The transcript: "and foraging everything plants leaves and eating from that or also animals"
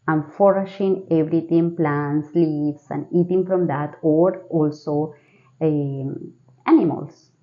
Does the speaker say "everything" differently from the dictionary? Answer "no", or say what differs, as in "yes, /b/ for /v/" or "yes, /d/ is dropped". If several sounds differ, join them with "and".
yes, /t/ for /θ/